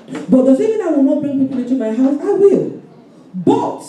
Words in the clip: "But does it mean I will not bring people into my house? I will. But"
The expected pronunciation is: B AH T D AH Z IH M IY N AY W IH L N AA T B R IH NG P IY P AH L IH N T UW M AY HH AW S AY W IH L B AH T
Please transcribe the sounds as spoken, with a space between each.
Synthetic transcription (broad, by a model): B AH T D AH S IH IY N AY W IH L N AA T B R IH NG P IY P AH L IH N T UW M AY HH AW S AY W IH L B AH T